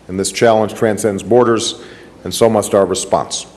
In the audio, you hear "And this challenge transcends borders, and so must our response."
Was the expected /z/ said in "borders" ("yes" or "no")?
yes